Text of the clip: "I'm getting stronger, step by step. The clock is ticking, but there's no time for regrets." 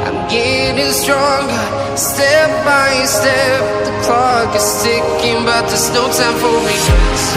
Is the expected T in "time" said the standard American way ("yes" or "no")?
no